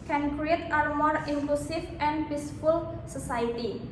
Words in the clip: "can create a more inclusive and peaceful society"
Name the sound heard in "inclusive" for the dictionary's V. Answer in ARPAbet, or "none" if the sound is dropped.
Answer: F